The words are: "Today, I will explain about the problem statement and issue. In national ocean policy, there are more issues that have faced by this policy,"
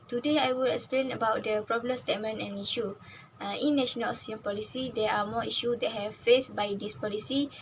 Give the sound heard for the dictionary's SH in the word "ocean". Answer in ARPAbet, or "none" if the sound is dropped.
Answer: S